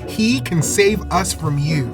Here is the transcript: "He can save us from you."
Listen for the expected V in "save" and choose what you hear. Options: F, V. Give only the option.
V